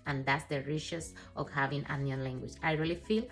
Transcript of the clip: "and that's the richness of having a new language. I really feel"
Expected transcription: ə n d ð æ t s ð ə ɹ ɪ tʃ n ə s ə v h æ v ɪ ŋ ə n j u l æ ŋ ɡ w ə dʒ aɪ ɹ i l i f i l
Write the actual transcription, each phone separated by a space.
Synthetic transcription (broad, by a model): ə n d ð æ t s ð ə ɹ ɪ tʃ ə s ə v h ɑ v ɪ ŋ ə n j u l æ ŋ ɡ w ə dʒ aɪ ɹ i l i f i l